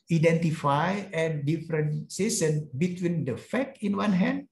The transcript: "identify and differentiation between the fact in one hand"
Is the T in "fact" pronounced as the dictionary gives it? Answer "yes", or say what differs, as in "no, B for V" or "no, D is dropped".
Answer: no, T is dropped